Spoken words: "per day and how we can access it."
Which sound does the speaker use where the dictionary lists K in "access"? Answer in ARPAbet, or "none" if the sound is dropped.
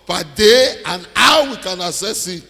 none